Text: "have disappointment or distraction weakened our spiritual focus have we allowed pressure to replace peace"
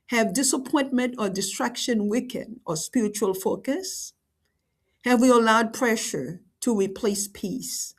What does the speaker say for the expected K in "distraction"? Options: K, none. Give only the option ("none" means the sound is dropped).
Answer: K